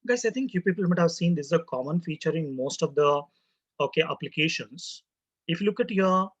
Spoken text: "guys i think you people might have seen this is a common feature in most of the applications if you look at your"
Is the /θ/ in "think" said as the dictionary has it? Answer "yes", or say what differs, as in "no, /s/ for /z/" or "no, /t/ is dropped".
no, /t/ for /θ/